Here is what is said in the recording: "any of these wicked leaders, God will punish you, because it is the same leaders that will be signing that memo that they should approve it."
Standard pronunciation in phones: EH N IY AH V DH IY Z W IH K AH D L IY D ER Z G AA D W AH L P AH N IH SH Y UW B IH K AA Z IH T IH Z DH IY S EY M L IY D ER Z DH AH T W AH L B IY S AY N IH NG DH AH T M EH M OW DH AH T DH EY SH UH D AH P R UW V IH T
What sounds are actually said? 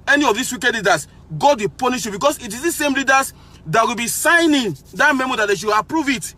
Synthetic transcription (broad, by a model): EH N IY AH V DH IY S W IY K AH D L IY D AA S G AA D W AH P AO N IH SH Y UW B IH K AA S IH T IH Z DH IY S EY M L IY D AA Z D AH T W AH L B IY S AY N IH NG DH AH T M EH M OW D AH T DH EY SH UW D AH P R UW V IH T